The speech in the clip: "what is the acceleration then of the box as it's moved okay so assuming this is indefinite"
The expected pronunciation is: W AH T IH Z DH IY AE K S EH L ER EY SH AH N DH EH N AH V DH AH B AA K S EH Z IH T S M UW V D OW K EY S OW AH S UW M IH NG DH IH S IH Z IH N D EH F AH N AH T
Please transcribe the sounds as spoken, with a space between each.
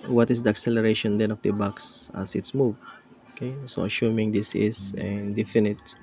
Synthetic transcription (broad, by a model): W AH T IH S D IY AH K S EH L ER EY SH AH N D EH N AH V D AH B AA K S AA S IH T S M UW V OW K EY S OW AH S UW M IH NG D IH S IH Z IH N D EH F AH N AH T